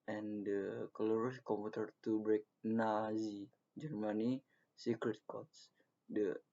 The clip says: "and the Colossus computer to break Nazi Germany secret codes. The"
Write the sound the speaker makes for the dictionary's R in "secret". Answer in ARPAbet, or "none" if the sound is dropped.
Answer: R